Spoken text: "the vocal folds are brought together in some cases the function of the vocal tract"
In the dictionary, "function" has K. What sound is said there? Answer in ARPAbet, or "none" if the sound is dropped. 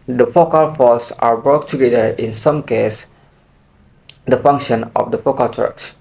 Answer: K